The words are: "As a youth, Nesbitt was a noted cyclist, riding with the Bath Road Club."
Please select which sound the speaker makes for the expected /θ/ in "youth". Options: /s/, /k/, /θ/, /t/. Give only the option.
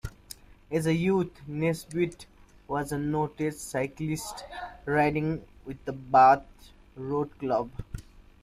/t/